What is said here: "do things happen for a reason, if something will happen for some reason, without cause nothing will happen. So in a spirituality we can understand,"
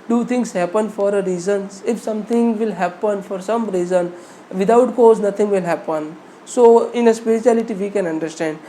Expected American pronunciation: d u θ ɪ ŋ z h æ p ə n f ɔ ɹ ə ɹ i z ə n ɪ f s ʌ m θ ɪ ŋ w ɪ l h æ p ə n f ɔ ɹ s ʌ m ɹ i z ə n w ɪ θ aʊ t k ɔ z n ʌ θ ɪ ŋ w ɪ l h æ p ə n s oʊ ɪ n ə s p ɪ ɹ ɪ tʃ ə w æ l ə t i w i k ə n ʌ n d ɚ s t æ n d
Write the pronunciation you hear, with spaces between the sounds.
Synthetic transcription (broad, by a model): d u t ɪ ŋ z h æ p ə n f ɔ ɹ ə ɹ i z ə n ɪ f s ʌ m t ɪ ŋ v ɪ l h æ p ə n f ɔ ɹ s ʌ m ɹ i z ə n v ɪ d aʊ t k ɔ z n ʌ t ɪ ŋ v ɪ l h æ p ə n s oʊ ɪ n ə s p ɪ ɹ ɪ tʃ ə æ l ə t i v i k ə n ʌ n d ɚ s t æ n d